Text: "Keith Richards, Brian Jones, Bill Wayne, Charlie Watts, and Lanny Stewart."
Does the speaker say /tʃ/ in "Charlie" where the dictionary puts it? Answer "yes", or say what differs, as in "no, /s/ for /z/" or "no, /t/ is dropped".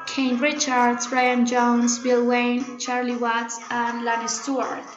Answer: yes